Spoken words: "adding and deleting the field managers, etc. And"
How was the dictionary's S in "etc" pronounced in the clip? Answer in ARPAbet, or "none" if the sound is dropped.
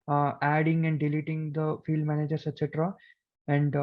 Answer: S